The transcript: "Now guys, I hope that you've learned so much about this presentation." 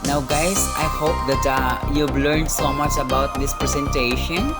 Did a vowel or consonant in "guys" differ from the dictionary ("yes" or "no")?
yes